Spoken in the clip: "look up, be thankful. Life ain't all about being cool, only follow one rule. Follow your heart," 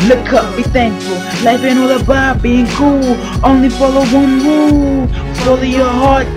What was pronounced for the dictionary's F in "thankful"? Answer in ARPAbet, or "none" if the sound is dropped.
none